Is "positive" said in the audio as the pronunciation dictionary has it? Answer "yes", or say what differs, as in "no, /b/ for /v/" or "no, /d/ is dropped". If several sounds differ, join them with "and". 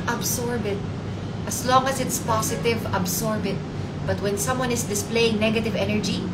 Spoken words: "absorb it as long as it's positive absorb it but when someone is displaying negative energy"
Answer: no, /s/ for /z/